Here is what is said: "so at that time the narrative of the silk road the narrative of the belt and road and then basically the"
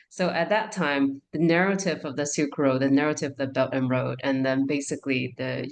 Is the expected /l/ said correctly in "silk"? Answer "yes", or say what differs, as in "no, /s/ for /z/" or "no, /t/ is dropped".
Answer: no, /l/ is dropped